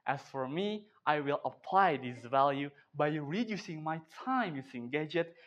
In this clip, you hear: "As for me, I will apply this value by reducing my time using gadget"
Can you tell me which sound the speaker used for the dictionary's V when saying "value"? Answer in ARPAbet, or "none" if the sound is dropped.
V